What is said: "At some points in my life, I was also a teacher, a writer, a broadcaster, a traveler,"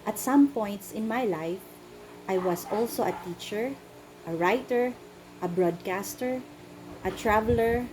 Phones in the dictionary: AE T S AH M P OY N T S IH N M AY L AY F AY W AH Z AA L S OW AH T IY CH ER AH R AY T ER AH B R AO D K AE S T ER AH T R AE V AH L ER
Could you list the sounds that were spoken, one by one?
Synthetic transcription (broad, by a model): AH T S AH M P OY N T S IH N M AY L AY F AY W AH S AA L S OW AH T IY CH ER AH R AY T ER AH B R AO D K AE S T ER AH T R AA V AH L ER